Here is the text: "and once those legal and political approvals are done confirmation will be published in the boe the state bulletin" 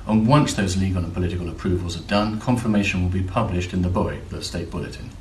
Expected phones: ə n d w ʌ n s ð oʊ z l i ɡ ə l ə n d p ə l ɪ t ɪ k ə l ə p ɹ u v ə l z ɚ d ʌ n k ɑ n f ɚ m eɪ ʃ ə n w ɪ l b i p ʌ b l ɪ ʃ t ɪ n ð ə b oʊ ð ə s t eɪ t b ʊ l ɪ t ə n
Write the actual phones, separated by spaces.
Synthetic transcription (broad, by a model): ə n w ʌ n s ð oʊ z l i ɡ ə l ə n p ə l ɪ t ɪ k ə l ə p ɹ u v ə l z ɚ d ʌ n k ɑ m f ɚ m eɪ ʃ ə n w ɪ l b i p ʌ b l ɪ ʃ t ɪ n ð ə b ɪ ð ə s t eɪ t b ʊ l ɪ t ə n